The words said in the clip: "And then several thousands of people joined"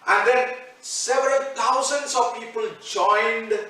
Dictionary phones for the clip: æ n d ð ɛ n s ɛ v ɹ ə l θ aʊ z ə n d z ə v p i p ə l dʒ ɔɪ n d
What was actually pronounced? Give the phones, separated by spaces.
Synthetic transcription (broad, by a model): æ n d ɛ n s ɛ v ɹ ə l t aʊ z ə n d s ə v p i p ə l dʒ ɔɪ n d